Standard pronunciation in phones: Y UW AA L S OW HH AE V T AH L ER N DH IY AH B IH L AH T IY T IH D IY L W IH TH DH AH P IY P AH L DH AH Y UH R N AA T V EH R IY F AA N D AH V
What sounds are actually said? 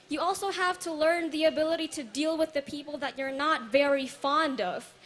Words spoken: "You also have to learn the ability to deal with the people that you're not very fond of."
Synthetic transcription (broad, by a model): Y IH AA L S OW HH AE V T AH L ER N DH IY AH B IH L AH T IY T IH D IY L W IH DH AH P IY P L DH AH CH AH R N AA T V EH R IY F AA N D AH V